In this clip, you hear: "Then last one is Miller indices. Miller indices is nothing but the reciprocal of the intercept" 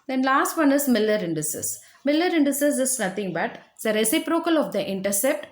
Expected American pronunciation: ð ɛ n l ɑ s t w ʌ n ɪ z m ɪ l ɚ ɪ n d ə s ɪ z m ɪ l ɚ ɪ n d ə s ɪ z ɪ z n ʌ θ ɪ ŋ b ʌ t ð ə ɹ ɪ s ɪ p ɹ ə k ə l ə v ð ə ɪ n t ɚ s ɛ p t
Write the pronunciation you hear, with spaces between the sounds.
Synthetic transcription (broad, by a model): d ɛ n l ɑ s t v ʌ n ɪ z m ɪ l ɚ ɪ n d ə s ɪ s m ɪ l ɚ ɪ n d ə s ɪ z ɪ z n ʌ t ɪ ŋ b ʌ t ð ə ɹ ɪ s ɪ p ɹ ə k ə l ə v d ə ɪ n t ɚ s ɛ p t